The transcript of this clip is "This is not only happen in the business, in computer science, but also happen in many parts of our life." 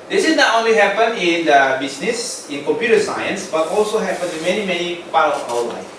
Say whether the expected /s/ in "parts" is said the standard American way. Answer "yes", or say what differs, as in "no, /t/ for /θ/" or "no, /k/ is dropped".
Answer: no, /s/ is dropped